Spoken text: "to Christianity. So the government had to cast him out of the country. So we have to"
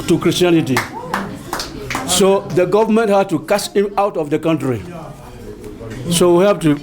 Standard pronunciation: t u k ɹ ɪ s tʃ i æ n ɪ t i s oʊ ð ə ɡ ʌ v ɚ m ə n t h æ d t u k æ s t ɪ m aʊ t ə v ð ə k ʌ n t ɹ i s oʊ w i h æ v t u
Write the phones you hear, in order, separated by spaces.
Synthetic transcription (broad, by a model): t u k ɹ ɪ s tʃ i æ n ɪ t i s oʊ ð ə ɡ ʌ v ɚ m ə n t h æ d t u k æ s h ɪ m aʊ t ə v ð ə k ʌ n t ɹ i s oʊ w i h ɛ p t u